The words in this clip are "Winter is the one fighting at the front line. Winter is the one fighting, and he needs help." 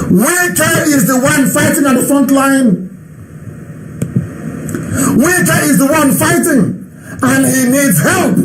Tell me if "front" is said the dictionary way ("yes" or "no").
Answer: yes